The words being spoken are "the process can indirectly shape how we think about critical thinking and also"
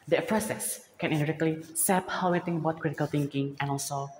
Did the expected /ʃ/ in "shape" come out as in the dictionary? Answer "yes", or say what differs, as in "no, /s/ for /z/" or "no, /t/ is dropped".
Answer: no, /s/ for /ʃ/